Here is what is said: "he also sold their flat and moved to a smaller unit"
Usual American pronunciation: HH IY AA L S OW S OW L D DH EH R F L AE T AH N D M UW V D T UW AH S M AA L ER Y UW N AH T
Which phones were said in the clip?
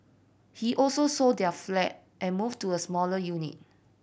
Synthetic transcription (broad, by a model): HH IY AA L S OW S OW D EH F L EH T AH N M UW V T UW AH S M AA L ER Y UW N AH T